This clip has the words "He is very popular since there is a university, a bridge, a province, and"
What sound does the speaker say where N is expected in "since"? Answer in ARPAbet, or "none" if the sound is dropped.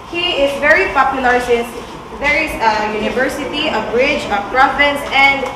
none